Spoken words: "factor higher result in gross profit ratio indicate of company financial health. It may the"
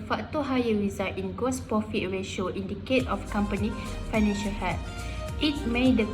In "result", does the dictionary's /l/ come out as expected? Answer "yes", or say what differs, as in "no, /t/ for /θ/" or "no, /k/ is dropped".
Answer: no, /l/ is dropped